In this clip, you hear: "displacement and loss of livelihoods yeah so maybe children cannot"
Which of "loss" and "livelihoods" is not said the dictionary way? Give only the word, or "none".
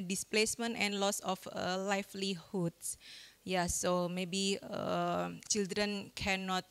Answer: livelihoods